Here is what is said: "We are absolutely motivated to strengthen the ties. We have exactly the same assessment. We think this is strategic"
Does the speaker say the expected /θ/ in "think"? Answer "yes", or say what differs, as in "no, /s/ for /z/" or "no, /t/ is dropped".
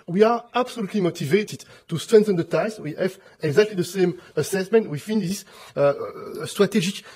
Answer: no, /f/ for /θ/